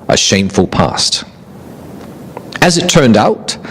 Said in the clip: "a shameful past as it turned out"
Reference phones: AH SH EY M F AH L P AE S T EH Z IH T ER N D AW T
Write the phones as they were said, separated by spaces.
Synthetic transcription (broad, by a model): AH SH EY M F AH L P AE S T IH Z IH T ER N D AW T